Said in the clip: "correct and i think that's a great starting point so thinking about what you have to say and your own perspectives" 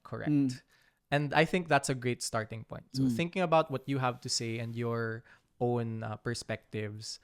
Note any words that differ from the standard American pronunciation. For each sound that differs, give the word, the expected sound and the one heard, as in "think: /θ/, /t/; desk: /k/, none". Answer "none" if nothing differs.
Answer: none